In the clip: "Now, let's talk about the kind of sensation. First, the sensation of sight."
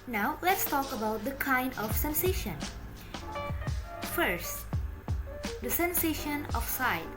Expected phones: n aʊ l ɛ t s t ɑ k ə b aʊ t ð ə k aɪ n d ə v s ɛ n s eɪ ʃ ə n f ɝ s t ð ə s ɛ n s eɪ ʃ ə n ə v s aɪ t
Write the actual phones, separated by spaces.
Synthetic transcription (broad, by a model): n aʊ l ɛ t s t ɑ k ə b aʊ t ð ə k aɪ n d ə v s ɛ n s eɪ ʃ ə n f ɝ s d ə s ɛ n s eɪ ʃ ə n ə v s aɪ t